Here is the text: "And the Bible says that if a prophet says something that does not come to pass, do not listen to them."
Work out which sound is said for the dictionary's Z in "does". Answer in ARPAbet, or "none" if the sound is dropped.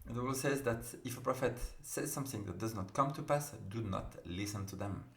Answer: Z